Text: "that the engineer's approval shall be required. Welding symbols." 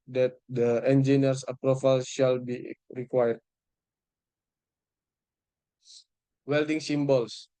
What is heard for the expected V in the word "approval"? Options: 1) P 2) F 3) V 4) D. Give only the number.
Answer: 2